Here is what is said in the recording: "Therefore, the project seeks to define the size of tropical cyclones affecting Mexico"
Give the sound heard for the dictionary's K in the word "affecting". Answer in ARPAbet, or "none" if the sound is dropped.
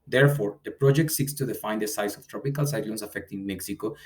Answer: K